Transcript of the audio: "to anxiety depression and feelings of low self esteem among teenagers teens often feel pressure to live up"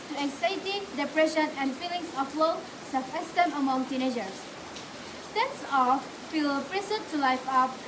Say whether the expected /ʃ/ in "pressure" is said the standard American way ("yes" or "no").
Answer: no